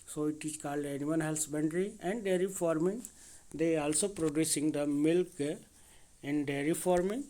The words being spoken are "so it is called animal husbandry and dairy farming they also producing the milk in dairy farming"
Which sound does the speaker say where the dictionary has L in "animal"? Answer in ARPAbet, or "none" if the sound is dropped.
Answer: N